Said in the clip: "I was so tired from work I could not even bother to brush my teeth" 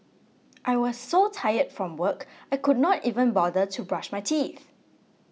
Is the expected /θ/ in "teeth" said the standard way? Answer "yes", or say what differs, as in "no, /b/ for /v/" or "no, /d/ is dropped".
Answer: yes